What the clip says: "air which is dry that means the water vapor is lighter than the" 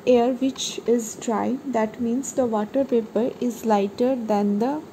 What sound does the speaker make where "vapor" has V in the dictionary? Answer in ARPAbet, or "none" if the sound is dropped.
P